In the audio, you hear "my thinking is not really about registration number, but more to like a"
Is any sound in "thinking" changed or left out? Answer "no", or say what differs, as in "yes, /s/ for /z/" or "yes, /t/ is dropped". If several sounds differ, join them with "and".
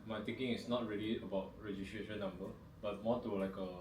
yes, /t/ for /θ/